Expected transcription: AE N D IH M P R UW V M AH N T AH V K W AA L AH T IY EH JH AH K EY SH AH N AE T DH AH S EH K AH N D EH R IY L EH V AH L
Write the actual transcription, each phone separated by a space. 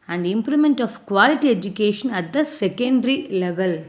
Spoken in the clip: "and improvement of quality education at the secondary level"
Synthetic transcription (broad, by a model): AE N D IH M P L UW M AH N T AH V K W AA L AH T IY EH JH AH K EY SH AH N AE T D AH S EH K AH N D R IY L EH V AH L